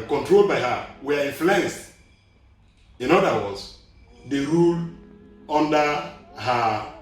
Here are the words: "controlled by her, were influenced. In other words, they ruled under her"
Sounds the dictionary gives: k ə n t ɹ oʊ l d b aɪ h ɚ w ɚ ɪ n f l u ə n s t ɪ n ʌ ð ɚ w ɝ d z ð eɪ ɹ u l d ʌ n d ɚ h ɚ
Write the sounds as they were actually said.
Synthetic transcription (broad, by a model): k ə n t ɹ oʊ l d b aɪ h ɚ w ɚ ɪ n f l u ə n s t ɪ n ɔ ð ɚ w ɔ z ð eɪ ɹ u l ʌ n d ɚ h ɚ